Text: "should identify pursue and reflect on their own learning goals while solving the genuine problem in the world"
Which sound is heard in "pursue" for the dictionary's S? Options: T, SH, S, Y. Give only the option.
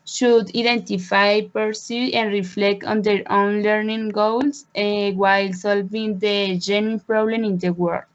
S